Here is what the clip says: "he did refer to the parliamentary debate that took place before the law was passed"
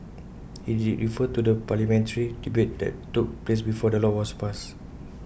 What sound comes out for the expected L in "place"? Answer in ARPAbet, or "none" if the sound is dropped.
L